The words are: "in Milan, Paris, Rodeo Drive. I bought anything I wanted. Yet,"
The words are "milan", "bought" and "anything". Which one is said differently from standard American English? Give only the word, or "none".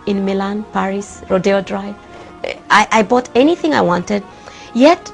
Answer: none